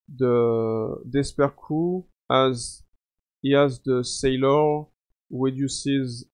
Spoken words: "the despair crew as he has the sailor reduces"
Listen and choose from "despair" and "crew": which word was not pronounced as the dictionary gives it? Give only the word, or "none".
crew